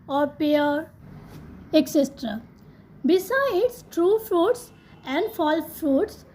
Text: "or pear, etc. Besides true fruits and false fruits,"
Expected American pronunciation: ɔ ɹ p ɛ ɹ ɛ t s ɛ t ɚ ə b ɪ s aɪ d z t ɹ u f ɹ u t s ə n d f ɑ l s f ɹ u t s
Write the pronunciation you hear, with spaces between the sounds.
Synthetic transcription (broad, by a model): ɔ ɹ p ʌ ɹ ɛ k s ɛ t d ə b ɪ s aɪ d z t ɹ u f ɹ u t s ə n d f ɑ l f ɹ u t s